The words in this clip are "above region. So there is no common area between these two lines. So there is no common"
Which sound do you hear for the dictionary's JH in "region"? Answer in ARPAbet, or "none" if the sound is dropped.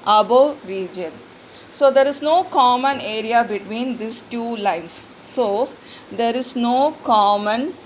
JH